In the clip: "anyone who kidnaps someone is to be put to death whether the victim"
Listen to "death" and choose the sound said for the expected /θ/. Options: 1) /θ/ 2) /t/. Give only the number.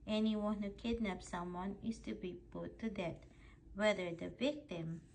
2